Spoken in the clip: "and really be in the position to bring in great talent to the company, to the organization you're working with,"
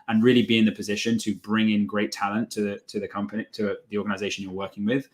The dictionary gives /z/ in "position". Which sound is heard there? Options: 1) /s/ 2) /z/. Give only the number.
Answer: 2